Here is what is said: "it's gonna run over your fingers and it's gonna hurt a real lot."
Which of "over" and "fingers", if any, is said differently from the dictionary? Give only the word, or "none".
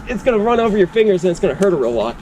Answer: none